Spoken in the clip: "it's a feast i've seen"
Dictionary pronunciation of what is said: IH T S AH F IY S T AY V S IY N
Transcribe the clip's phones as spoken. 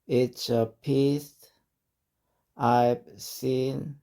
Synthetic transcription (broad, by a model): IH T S AH P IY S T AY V S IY N